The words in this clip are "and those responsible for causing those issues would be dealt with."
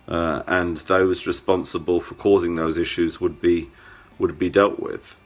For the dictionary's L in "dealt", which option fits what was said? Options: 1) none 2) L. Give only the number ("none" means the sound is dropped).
2